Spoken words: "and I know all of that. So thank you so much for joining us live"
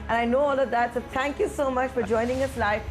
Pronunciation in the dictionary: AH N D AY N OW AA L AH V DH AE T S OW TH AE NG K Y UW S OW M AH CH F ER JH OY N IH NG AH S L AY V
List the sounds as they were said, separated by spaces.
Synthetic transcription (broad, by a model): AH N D AY N OW AA L AH V DH AE T S OW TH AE NG K Y UW S OW M AH CH F ER JH OY N IH NG AH S L AY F